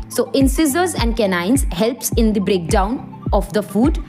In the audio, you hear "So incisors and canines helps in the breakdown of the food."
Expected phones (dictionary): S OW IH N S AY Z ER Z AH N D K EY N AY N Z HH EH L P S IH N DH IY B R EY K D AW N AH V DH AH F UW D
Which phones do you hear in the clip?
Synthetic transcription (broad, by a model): S OW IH N S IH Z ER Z AH N D K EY N AY N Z HH EH L P S IH N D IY B R EY K D AW N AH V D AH F UW D